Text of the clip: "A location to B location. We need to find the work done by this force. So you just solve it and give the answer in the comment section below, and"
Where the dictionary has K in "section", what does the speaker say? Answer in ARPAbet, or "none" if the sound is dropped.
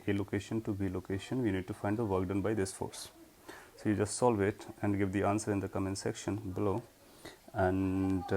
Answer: K